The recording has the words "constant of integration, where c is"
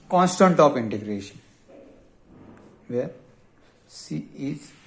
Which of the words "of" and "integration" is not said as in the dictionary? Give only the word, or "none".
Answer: of